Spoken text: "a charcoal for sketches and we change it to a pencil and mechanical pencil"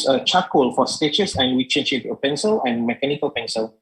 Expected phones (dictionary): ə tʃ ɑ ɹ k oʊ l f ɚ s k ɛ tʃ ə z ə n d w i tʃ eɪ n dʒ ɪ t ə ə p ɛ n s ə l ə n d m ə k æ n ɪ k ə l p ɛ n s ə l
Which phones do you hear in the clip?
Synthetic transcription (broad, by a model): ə tʃ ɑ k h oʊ l f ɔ s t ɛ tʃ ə s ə n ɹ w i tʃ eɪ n ʃ ɪ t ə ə p ɛ n s ə l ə n m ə k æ n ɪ k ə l p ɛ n s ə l